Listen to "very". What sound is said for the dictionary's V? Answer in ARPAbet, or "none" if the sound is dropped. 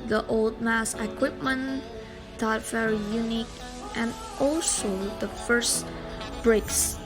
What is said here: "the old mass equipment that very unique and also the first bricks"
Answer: F